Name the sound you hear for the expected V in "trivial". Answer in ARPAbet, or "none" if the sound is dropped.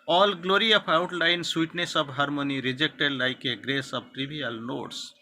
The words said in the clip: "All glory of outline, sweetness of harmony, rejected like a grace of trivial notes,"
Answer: B